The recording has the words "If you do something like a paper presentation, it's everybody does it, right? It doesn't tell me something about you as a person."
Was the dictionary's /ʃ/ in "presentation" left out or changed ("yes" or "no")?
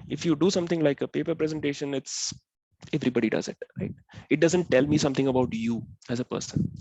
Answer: no